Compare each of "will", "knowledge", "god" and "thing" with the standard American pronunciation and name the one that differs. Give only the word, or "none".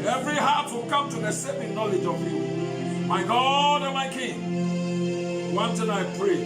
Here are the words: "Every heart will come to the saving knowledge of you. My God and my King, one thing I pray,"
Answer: thing